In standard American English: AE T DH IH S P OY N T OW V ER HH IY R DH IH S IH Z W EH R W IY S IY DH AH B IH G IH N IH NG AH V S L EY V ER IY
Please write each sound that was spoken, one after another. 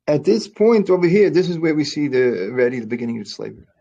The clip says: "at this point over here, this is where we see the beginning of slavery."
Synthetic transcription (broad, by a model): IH T DH IH S P OY N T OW B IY HH IY R DH IH S IH Z W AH R W IY S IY DH AH B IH G IH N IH NG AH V S L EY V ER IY